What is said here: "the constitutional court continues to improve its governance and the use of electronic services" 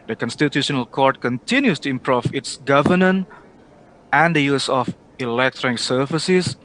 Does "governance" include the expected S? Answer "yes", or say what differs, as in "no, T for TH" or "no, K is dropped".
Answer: no, S is dropped